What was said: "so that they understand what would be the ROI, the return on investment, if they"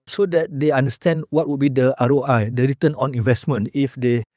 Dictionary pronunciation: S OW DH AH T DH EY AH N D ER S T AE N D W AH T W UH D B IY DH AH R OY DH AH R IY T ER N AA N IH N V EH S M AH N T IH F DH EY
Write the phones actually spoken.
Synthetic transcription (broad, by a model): S OW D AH T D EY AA N D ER S T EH N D W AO T W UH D B IY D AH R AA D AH R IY T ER N AA N IH N V EH S M AH N T IH F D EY